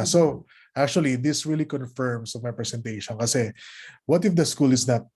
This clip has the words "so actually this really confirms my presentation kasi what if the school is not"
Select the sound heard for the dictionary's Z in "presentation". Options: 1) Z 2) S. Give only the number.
2